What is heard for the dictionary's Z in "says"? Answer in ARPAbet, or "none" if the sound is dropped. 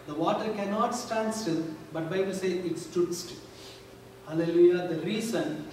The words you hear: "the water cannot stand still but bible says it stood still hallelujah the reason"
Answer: none